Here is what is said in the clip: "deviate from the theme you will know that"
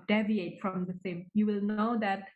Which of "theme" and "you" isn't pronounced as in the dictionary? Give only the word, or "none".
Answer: theme